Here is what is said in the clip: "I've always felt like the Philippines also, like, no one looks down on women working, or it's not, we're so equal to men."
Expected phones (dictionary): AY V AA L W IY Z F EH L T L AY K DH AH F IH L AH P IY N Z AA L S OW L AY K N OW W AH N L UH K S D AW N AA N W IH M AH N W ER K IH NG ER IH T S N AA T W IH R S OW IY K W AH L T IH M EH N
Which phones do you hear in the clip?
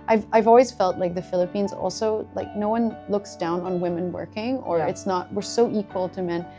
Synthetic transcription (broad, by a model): AY V AA L W IY Z F EH L T L AY K DH AH F IH L AH P IY N Z AA L S OW L AY K N OW W AH N L UH K S D AW N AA N W IH M AH N W ER K IH NG ER IH T S N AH T W IH R S OW IY K W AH L T IH M EH N